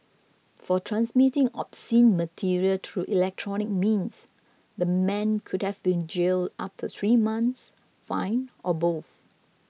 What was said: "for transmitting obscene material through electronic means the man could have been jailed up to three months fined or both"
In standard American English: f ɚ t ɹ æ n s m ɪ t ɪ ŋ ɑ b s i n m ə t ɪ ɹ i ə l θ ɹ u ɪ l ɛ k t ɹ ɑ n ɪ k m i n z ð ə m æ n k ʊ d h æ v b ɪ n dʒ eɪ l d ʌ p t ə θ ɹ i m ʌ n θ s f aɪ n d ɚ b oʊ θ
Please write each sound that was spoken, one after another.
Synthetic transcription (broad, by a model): f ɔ t ɹ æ n s m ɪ t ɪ ŋ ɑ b s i n m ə t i ɹ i ə l t ɹ u ɪ l ɛ k t ɹ ɑ n ɪ k m i n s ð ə m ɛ n k ʊ d h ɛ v b ɪ n dʒ eɪ l d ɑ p t ə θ ɹ i m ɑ n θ s f aɪ n ɔ b oʊ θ